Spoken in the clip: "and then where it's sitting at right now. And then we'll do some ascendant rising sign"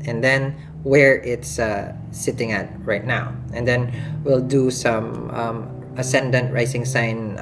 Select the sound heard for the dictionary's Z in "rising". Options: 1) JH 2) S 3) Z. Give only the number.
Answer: 2